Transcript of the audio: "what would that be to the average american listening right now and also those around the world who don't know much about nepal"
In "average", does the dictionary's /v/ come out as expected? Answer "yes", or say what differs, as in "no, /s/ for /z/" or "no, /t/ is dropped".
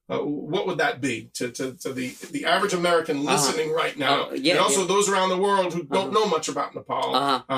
yes